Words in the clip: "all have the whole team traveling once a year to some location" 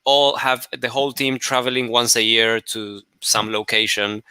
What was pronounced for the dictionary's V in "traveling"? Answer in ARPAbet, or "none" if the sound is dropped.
V